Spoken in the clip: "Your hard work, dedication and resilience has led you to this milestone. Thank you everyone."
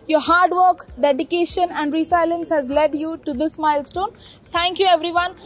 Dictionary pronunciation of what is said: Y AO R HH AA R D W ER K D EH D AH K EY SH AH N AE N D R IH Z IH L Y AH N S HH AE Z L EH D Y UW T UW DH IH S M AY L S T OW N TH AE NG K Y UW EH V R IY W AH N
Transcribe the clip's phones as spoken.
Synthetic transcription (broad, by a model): Y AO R HH AA R D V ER K D EH D AH K EY SH AH N AE N D R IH S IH L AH N S HH AE Z L EH D Y UW T UW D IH S M AY L S T OW N T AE NG K Y UW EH V R IY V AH N